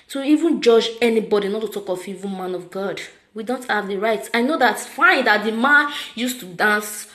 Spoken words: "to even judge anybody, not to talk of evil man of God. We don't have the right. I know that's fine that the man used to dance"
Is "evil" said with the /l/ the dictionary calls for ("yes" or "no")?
no